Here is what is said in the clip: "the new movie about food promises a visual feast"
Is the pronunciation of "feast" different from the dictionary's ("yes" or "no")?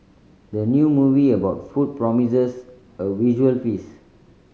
yes